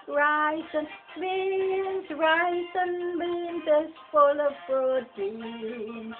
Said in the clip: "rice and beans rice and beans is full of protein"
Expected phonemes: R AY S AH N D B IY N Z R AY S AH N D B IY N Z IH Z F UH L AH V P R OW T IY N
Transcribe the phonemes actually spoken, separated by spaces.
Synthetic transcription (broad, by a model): R AY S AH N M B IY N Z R AY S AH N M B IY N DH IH S F UH L AH V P R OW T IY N